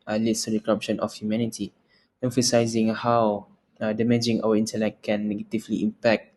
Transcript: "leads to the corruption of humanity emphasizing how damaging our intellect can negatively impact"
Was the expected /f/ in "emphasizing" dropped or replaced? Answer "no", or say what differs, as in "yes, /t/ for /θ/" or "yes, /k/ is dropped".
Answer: no